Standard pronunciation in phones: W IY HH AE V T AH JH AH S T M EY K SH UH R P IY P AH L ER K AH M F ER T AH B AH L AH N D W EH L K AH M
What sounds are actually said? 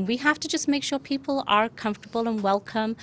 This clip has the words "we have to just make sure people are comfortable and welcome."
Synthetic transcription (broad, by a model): W IY HH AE F T AH JH AH S M EY K SH UH R P IY P AH L ER K AH M F T AH B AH L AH N W EH L K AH M